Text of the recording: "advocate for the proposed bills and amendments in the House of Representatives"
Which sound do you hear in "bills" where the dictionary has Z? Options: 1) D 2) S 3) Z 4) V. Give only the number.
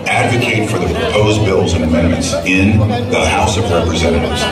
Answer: 3